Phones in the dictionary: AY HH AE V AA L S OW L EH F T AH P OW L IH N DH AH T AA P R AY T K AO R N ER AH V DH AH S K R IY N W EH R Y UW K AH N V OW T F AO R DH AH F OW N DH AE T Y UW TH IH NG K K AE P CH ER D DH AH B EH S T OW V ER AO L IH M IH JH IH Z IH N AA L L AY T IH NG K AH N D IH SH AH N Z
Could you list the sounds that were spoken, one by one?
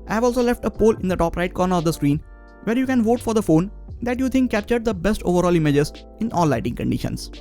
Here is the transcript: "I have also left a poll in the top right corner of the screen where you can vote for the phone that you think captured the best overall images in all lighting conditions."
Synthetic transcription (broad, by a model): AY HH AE V AA L S OW L EH F T AH P OW L IH N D AH T AA P R AY T K AO R N ER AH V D AH S K R IY N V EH R Y UW K AH N V OW T F AO R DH AH F OW N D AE T Y UW T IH NG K K AE P CH ER D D AH B EH S T OW V ER AO L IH M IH JH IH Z IH N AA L L AY T IH NG K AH N D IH SH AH N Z